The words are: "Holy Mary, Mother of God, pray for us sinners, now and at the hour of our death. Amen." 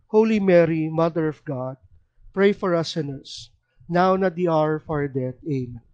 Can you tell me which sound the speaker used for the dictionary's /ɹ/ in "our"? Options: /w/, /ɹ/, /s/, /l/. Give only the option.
/ɹ/